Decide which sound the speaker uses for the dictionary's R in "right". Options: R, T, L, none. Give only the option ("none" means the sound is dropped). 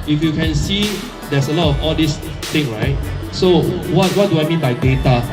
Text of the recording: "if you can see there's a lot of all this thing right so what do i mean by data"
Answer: R